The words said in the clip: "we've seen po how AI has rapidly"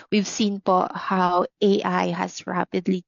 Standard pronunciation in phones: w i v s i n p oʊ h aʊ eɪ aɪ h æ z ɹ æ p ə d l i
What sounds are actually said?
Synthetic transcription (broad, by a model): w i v s i n p oʊ h aʊ eɪ aɪ h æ s ɹ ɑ p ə d l i